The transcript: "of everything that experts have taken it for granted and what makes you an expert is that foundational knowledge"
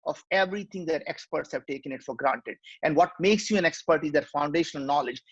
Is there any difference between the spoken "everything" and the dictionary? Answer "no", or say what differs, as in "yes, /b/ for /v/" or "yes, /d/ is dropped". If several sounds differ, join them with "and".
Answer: yes, /t/ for /θ/